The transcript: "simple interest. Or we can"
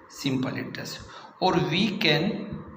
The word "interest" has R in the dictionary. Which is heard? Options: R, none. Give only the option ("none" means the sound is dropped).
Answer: none